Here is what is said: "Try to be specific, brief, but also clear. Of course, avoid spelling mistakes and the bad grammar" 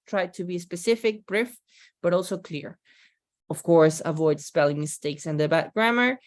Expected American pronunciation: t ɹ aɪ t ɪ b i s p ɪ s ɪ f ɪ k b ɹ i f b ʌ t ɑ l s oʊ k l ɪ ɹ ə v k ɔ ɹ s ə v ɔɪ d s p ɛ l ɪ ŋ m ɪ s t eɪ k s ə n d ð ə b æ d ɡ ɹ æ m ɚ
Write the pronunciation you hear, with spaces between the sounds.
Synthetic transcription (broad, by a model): t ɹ aɪ t ɪ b i s p ɪ s ɪ f ɪ k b ɹ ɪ f b ʌ t ɑ l s oʊ k l ɪ ɹ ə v k ɔ ɹ s ə v ɔɪ d s p ɛ l ɪ ŋ m ɪ s t eɪ k s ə n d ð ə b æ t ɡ ɹ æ m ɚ